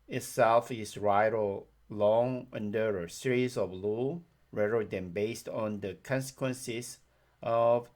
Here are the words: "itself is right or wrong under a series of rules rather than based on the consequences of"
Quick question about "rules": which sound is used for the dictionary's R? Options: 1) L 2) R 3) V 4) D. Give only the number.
1